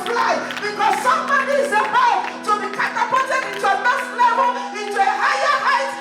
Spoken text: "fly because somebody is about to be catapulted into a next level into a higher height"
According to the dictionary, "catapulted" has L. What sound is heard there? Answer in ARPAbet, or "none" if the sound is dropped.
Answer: none